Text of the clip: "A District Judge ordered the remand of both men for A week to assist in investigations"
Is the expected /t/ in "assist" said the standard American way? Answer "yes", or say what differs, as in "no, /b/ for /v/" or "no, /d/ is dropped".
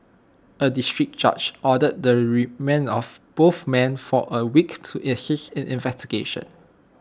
no, /t/ is dropped